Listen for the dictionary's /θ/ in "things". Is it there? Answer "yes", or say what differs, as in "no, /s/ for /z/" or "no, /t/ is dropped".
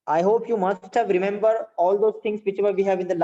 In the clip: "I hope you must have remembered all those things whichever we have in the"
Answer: no, /t/ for /θ/